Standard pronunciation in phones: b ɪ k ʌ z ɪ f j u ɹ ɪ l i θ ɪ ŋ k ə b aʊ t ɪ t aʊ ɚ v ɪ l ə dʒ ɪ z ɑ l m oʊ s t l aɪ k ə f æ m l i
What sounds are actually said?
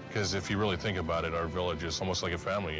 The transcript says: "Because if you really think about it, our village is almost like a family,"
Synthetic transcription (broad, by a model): k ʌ z ɪ f j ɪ ɹ ɪ l i θ ɪ ŋ k ə b aʊ t ɪ t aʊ ɚ v ɪ l ə dʒ ɪ z ɑ l m oʊ s t l aɪ k ə f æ m l i